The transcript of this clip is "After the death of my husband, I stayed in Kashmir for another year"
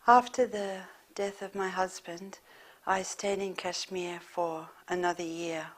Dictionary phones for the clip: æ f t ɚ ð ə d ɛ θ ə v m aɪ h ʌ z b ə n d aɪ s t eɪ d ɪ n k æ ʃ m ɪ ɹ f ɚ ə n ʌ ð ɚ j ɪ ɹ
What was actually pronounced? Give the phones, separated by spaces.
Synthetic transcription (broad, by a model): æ f t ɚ ð ə d ɛ θ ə v m aɪ h ʌ z b ə n d aɪ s t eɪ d ɪ n k æ ʃ m ɪ ɹ f ɚ ə n ʌ ð ɚ j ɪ ɹ